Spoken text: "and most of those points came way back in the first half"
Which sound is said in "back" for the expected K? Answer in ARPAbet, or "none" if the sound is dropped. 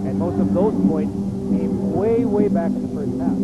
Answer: none